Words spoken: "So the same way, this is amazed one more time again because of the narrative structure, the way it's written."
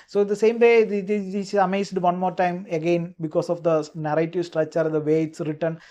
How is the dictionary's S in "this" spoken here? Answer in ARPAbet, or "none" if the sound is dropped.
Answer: none